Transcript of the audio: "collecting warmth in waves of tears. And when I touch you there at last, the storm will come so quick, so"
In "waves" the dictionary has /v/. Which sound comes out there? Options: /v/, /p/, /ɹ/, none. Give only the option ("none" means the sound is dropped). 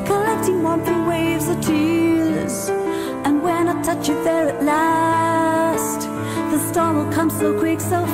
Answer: /v/